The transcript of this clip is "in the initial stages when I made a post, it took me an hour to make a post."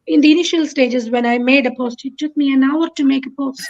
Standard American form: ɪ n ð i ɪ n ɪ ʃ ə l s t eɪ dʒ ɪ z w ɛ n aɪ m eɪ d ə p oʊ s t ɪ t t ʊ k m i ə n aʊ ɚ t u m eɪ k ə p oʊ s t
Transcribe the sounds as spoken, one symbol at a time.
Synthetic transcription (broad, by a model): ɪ n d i ɪ n ɪ ʃ ə l s t eɪ dʒ ɪ z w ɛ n aɪ m eɪ d ə p oʊ s t ɪ t t ʊ k m i ə n aʊ ɚ t u m eɪ k ə p oʊ s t